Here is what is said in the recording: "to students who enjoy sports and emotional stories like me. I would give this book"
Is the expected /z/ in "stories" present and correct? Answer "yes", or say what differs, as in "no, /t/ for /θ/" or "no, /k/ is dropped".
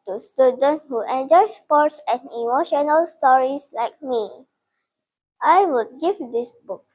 no, /s/ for /z/